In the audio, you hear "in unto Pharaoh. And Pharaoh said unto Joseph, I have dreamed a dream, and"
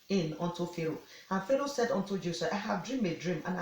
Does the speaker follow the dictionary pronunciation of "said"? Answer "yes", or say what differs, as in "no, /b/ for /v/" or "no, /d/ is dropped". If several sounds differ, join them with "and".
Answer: yes